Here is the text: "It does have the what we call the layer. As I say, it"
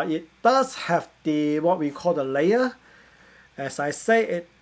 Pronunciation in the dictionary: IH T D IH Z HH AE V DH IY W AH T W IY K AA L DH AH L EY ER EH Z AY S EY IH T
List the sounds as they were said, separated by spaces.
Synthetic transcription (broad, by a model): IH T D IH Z HH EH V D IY W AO T W IY K AA L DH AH L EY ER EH S AY S EY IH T